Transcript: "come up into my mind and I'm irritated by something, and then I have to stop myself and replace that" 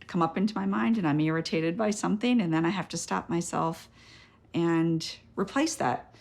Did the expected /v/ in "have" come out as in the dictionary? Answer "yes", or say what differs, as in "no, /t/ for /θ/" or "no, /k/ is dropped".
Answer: no, /f/ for /v/